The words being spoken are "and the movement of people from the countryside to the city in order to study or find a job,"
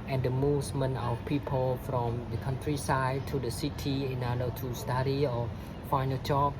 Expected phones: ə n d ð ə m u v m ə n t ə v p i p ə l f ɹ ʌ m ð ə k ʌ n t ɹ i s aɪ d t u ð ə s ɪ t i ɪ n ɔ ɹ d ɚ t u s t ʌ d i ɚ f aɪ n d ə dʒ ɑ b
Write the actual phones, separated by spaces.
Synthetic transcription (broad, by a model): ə n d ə m u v m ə n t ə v p i p ə l f ɹ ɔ m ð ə k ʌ n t ɹ i s aɪ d t u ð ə s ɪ t i ɪ n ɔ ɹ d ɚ t u s t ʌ d i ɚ f aɪ n ə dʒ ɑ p